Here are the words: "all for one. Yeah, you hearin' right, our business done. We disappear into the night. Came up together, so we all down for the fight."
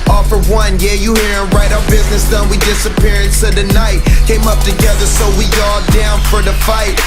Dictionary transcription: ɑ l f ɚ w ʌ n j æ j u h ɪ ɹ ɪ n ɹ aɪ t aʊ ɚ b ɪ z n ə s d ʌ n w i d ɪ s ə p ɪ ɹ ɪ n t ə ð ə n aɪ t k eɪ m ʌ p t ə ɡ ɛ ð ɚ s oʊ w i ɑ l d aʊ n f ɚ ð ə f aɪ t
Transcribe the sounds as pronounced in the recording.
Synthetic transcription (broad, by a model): ɑ f ɚ w ʌ n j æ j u h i ɹ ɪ n ɹ aɪ t aʊ ɚ b ɪ z n ə s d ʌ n w i d ɪ s ə p ɪ ɹ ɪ n s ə ð ə n aɪ t k eɪ m ʌ p t ə ɡ ɛ ð ɚ s oʊ w i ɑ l d aʊ n f ɚ ð ə f aɪ t